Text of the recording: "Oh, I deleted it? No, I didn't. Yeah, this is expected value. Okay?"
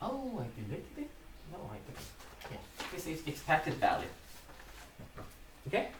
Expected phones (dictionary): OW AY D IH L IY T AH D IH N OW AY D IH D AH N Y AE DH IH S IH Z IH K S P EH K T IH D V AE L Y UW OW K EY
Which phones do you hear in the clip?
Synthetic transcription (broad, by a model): OW AY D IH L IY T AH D IH N OW AY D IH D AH Y AE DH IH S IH S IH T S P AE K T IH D V AE L Y UW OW K EY